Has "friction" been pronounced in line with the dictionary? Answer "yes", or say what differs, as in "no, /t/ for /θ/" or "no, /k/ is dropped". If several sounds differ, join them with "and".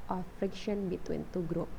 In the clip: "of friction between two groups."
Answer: yes